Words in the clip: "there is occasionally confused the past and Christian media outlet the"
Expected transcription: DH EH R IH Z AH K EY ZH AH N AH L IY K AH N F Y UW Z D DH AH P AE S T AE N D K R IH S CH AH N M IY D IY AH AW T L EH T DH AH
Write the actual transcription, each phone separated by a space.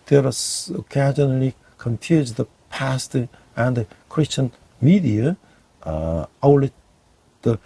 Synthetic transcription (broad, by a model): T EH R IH S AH K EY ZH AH N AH L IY K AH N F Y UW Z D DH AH P AE S T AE N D K R IH S CH AH N M IY D IY AH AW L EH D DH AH